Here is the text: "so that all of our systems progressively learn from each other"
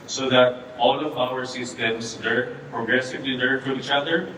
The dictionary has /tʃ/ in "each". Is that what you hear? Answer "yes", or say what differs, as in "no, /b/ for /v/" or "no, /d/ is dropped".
yes